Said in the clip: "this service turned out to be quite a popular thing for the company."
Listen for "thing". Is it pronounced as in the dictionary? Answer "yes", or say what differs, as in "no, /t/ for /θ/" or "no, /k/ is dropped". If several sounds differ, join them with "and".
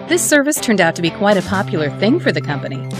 yes